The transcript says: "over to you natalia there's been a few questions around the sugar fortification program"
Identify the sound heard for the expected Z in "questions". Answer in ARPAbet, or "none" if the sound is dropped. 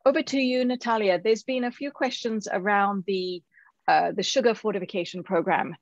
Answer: Z